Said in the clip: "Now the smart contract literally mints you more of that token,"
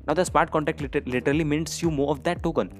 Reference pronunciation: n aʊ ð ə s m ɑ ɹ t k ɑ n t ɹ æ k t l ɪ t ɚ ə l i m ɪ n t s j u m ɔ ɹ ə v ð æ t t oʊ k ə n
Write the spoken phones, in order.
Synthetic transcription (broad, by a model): n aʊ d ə s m ɑ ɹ t k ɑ n t æ k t l ɪ t ɚ ə l i m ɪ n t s j u m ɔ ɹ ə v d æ t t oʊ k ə n